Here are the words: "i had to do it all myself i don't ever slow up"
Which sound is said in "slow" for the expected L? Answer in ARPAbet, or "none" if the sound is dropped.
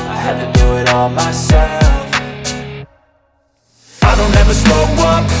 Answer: none